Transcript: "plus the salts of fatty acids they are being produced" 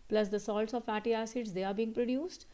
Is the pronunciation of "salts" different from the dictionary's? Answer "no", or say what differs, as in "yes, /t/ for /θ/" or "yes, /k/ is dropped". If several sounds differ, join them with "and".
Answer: no